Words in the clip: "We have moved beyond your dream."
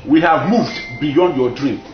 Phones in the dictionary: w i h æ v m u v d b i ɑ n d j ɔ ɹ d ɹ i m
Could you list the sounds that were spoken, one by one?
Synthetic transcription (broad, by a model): w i h æ v m u v d b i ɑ n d j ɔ d ɹ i m